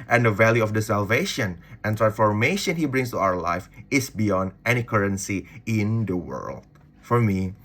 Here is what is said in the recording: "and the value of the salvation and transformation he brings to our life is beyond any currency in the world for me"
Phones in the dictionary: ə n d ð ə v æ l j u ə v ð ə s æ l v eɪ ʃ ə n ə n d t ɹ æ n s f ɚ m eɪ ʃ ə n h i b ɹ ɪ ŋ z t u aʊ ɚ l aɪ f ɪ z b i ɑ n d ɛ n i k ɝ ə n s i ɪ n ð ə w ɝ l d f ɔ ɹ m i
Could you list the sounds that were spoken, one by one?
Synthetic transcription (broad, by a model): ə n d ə v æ l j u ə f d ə s æ l v eɪ ʃ ə n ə n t ɹ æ n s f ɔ m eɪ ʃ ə n h i b ɹ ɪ ŋ s t u aʊ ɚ l aɪ f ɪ s b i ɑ n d ɛ n i k ɝ ə n s i ɪ n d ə w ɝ l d f ɔ ɹ m i